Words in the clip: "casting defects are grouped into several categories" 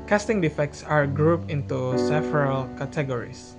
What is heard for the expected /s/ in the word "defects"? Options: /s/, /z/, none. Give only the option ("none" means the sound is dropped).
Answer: /s/